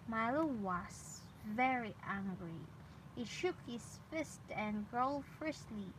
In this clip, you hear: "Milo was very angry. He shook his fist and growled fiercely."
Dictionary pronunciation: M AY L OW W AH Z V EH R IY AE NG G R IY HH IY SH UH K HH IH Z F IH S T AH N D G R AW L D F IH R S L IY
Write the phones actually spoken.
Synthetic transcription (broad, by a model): M AY L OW W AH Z V EH R IY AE NG G R IY HH IY SH UH K HH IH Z F IH S T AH N G R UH L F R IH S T L IY